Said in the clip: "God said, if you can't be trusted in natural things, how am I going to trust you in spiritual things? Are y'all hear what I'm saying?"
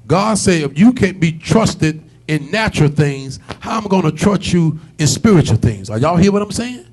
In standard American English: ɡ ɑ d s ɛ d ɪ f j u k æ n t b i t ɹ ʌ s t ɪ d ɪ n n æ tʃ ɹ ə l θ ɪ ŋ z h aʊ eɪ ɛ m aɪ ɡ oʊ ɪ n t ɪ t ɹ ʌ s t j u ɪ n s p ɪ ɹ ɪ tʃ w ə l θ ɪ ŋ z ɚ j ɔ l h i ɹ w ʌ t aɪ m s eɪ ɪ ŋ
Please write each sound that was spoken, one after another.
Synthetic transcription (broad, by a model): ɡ ɑ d s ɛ ɪ f j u k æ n b i t ɹ ʌ s t ɪ d ɪ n n æ tʃ ɹ l θ ɪ ŋ z h aʊ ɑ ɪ m ɡ oʊ ɪ n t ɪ t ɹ ʌ s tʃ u ɪ n s p ɪ ɹ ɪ tʃ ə l θ ɪ ŋ z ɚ j ɔ l h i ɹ w ʌ t aɪ m s eɪ ɪ ŋ